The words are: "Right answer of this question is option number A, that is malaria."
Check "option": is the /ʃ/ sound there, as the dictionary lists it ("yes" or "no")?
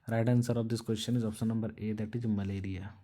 no